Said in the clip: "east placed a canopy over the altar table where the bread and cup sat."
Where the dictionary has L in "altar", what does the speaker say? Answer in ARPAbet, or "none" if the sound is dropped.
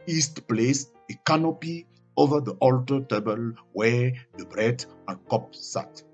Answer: L